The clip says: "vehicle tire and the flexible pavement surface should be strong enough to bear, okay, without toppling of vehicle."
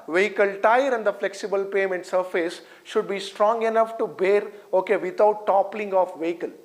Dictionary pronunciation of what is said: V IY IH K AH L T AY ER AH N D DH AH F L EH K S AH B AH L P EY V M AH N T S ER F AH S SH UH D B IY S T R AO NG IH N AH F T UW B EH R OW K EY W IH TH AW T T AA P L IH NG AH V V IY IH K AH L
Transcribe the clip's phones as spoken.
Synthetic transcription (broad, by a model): V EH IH K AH L T AY ER AH N D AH F L EH K S AH B AH L P EY M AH N T S ER F AH S SH UH D B IY S T R AO NG IH N AH F T UW B EH R OW K EY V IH T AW T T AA P L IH NG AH F V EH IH K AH L